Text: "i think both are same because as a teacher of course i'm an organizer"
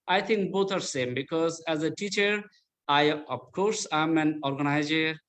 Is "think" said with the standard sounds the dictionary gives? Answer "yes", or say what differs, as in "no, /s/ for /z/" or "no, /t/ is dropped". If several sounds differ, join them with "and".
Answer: no, /t/ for /θ/